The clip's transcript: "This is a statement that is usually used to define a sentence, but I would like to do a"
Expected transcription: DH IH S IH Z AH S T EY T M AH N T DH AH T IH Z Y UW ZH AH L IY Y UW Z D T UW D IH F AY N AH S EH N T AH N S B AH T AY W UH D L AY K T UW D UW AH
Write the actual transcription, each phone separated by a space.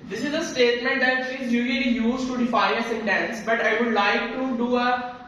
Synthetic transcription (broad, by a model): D IH S IH Z AH S T EY T M AH N T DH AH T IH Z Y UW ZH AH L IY Y UW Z T UW D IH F AY AH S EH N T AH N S B AH T AY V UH D L AY K T UW D UW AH